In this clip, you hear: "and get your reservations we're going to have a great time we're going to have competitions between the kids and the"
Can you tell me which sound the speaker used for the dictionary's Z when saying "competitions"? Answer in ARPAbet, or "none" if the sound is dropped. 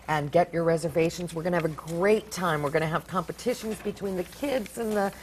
Z